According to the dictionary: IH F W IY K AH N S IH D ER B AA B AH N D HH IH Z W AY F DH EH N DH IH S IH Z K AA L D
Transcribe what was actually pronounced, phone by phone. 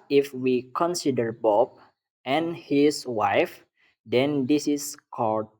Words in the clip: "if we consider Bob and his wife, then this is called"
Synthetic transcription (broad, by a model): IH F W IY K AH N S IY D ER B AA B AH N HH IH S W AY F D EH N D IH S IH S K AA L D